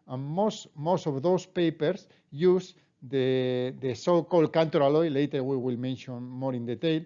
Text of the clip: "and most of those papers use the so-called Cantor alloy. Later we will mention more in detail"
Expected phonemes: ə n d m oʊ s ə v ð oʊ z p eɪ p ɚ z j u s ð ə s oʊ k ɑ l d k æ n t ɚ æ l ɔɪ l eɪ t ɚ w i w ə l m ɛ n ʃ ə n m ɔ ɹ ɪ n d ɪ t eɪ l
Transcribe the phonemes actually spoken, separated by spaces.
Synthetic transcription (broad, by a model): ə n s m oʊ s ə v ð oʊ s p eɪ p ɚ s j u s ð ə s oʊ k ɑ l d k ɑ n t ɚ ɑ l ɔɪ l eɪ t ɚ w i w ə l m ɛ n ʃ ə n m ɔ ɹ ɪ n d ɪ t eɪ l